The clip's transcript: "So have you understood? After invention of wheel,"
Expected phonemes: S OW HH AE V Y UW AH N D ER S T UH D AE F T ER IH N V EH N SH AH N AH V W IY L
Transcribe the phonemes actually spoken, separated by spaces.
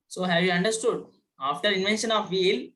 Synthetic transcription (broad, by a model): S OW HH AE V Y UW AH N D ER S T UH D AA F T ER IH N V EH N SH AH N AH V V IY L